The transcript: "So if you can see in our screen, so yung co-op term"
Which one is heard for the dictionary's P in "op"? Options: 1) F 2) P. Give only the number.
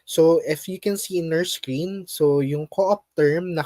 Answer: 2